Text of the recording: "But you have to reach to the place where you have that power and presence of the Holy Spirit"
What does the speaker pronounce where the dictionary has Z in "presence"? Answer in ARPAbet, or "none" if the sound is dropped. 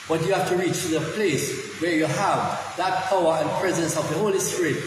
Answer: Z